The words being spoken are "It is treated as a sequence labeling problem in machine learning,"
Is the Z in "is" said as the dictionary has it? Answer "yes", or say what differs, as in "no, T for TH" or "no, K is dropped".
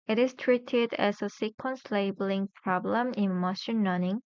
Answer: no, S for Z